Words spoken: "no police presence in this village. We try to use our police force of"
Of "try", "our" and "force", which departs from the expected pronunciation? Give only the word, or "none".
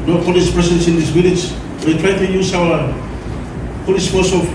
force